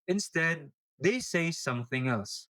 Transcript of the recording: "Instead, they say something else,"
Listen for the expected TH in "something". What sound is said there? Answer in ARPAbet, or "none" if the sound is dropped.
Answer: TH